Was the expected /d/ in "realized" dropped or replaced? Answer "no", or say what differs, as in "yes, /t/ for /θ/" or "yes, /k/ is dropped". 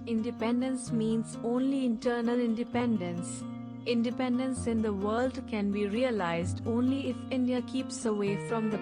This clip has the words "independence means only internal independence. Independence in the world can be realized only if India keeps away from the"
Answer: no